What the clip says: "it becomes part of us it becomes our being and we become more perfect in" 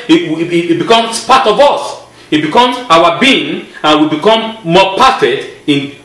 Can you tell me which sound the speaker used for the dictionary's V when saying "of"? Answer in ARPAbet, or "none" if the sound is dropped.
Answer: V